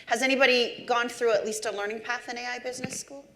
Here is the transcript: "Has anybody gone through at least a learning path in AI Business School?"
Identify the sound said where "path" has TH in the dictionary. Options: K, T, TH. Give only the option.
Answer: TH